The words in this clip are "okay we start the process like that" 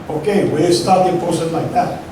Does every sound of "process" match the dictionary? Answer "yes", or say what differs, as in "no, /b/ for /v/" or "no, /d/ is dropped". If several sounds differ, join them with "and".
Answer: no, /ɹ/ is dropped